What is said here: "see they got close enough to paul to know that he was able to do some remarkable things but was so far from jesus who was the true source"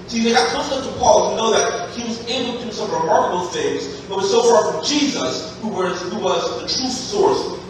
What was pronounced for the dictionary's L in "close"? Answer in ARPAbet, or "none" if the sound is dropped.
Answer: none